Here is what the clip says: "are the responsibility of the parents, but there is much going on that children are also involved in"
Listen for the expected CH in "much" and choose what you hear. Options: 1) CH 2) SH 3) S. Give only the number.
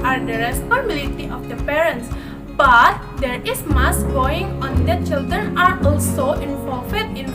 3